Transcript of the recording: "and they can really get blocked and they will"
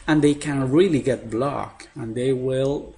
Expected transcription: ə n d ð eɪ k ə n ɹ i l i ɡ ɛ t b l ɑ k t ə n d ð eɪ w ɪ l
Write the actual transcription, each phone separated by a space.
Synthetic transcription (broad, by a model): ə n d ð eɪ k ə n ɹ i l i ɡ ɛ t b l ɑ k ə n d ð eɪ w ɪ l